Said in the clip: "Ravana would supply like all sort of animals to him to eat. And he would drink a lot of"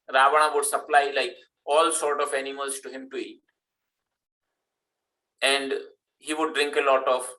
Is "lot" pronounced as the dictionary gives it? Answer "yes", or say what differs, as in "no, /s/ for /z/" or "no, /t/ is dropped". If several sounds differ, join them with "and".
yes